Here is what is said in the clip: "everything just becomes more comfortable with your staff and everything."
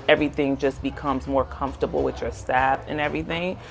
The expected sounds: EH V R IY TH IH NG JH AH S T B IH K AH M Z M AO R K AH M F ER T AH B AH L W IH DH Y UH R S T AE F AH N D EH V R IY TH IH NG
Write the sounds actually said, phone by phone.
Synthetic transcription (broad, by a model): EH V R IY TH IH NG JH AH S B IH K AH M Z M AO R K AH M F T AH B L W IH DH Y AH R S T AE F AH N EH V R IY TH IH NG